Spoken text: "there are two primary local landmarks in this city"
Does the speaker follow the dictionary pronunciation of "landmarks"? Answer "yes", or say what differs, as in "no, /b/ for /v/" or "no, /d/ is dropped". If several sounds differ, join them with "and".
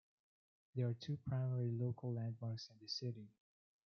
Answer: yes